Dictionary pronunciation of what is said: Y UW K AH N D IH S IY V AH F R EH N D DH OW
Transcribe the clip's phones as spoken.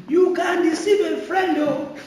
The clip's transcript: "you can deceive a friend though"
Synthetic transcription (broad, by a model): Y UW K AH N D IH S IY B AH F R EH N D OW